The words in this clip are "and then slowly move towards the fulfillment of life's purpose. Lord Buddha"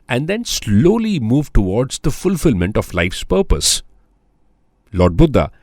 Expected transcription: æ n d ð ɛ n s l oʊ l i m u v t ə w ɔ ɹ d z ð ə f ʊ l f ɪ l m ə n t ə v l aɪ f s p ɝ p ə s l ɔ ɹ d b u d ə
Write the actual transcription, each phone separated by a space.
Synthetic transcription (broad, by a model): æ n d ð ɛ n s l oʊ l i m u v t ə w ɔ ɹ d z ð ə f ʊ l f ɪ l m ə n t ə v l aɪ f s p ɝ p ə s l ɔ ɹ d b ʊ d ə